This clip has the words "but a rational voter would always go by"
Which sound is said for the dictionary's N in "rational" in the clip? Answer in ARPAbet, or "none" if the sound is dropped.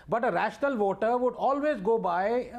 N